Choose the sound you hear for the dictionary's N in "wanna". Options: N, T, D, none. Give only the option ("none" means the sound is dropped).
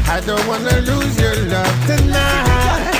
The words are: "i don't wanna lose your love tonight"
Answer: N